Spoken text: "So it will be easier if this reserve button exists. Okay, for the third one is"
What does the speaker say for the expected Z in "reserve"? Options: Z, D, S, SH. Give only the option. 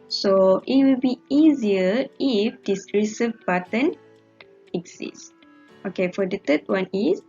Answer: S